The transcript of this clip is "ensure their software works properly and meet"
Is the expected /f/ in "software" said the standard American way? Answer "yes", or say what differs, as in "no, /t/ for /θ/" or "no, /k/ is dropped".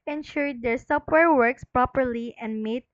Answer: no, /p/ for /f/